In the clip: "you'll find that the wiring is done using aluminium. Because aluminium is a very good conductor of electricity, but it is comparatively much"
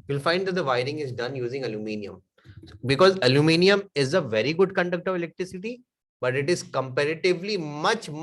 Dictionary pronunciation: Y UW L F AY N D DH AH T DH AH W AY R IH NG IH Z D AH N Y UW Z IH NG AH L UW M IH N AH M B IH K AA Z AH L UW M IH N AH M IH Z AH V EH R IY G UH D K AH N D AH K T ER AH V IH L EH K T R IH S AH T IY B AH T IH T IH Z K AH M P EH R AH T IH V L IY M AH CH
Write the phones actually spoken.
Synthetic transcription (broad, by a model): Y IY L F AY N D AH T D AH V AY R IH NG IH Z D AH N Y UW Z IH NG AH L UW M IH N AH M B IH K AA Z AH L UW M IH N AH M IH Z AH V EH R IY G UH D K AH N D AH K T AH V IH L EH K T R IH S AH T IY B AH T IH T IH Z K AH M P EH R AH T IH V L IY M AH CH